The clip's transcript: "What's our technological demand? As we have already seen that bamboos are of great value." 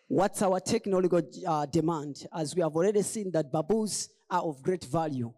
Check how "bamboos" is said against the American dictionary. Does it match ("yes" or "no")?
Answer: no